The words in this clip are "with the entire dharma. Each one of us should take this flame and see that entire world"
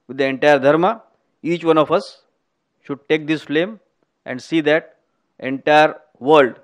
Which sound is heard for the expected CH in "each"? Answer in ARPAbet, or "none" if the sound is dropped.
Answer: CH